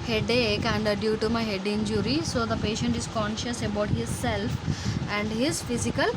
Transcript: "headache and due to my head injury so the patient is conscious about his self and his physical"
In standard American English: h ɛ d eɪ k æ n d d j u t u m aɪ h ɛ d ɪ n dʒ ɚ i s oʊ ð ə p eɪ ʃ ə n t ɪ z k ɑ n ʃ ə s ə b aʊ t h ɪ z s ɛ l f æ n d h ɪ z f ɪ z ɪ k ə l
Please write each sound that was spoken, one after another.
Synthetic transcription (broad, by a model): h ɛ d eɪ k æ n d d j u t u m aɪ h ɛ d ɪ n dʒ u i s oʊ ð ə p eɪ ʃ ə n t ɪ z k ɑ n ʃ ə s ə b aʊ t h ɪ z s ɛ l f æ n d h ɪ z f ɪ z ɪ k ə l